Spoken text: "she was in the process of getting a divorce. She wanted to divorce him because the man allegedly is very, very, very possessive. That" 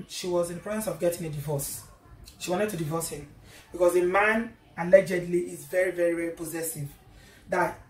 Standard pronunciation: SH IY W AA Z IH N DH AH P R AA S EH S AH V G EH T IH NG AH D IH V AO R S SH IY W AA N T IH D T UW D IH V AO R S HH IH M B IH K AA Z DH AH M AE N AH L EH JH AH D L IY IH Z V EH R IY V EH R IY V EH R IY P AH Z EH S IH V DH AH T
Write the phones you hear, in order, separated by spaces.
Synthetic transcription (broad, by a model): SH IY W AA Z IH N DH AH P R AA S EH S AH V G EH T IH NG AH D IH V AO S SH IY W AA N T IH D T UW D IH V AO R S HH IH M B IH K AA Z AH M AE N AH L EH JH AH D L IY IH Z V EH R IY V EH R IY V EH R IY P AH Z EH S IH V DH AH T